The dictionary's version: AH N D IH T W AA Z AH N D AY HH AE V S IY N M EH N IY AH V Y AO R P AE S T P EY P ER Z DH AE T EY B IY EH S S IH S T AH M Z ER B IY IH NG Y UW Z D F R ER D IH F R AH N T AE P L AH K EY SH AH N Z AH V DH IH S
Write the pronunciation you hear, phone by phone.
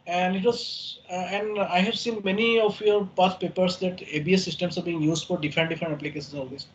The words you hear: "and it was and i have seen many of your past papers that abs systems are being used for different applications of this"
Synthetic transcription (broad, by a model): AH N D IH T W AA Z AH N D AY HH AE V S IY N M EH N IY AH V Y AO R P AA T P EY P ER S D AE T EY B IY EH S S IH S T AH M S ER B IY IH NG Y UW Z D F R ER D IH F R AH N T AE P L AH K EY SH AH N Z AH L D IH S